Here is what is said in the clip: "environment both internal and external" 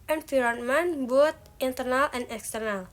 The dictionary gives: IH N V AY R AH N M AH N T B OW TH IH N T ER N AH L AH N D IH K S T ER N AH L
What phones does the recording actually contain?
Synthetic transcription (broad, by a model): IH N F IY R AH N M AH N B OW T IH N T ER N AH L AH N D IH K S T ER N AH L